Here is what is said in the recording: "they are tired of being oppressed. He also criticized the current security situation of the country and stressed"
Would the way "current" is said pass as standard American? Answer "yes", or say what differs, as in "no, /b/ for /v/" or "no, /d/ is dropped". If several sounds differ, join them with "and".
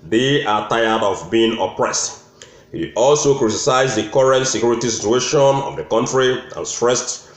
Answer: yes